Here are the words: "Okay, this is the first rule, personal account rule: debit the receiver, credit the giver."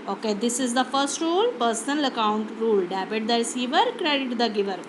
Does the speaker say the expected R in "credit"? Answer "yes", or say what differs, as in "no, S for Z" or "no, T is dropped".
yes